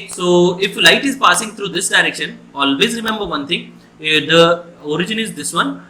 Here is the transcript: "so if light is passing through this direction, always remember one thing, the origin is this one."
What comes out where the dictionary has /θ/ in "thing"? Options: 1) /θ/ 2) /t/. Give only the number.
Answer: 2